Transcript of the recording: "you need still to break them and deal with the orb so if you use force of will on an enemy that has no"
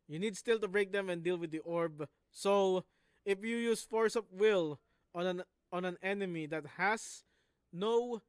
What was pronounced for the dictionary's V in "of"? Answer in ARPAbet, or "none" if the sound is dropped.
P